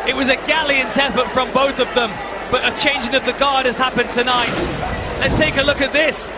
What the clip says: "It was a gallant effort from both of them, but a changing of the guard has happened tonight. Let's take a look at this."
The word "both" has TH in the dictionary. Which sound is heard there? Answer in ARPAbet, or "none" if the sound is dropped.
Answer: TH